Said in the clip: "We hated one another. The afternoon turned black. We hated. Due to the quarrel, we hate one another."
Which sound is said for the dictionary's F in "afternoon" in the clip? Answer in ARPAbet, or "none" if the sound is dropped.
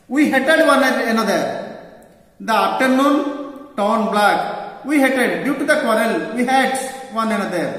P